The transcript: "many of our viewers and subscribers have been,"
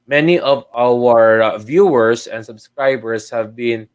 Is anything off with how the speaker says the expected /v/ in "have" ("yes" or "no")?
no